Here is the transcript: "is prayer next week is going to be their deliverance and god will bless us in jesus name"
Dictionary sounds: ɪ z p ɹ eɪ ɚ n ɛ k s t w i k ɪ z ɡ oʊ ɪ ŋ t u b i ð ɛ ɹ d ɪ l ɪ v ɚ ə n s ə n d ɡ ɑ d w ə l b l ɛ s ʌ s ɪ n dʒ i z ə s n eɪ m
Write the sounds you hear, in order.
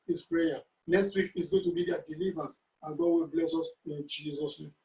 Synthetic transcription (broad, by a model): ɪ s p ɹ eɪ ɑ n ɛ k s t w i k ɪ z ɡ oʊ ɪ t u b i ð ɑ d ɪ l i v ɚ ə s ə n ɡ ɑ d w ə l b l ɛ s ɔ s ɪ n dʒ i z ə s n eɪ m